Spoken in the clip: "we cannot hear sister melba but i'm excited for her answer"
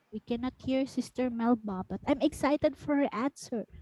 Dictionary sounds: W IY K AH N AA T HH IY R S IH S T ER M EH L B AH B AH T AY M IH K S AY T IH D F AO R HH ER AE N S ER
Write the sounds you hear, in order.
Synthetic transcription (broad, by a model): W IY K AH N AA T HH IY R S IH S T ER M EH L B AH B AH T AY M IH K S AY T IH D F AO R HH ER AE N S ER